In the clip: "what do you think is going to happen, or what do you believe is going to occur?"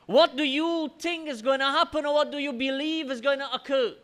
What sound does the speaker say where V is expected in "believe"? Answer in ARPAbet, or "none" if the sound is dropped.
V